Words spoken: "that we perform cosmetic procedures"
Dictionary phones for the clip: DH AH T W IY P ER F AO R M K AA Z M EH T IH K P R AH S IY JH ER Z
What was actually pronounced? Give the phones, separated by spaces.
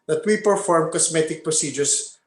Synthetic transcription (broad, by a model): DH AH T W IY P ER F AO R M K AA S M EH T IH K P R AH S IY JH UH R